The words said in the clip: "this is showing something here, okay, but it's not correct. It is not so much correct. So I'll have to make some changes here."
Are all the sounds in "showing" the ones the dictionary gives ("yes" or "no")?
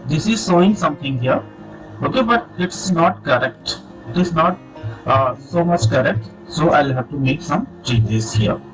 no